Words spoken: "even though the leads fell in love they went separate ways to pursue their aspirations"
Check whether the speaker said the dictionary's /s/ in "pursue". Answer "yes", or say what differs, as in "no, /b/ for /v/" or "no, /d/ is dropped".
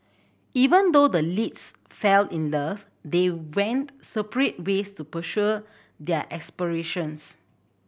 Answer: no, /ʃ/ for /s/